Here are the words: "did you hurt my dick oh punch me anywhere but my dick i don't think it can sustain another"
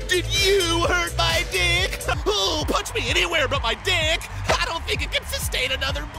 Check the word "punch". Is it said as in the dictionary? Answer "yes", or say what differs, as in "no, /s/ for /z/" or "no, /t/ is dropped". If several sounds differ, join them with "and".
no, /n/ is dropped